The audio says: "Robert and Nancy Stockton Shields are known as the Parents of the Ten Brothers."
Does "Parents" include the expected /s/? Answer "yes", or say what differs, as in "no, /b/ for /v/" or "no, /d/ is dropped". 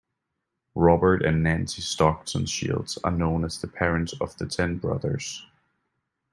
no, /s/ is dropped